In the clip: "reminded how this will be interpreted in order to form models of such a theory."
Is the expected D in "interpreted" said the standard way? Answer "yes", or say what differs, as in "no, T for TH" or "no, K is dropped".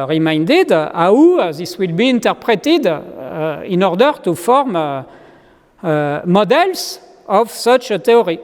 yes